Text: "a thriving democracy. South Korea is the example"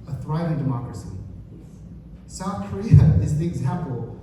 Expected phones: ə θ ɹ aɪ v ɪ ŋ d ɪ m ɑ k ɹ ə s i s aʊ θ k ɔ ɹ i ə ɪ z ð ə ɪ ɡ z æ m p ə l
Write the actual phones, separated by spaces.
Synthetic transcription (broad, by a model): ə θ ɹ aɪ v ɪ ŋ d ɪ m ɑ k ɹ ə s i s aʊ θ k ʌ ɹ i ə ɪ z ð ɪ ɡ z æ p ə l